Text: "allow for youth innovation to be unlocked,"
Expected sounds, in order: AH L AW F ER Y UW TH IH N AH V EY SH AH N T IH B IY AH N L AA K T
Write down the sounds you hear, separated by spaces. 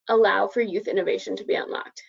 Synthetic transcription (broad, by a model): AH L AW F ER Y UW TH IH N AH V EY SH AH N T IH B IY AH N L AA K T